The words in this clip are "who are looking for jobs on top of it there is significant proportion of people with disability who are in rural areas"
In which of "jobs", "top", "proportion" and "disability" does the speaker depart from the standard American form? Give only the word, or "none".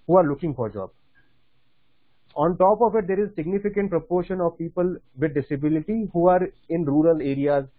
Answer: jobs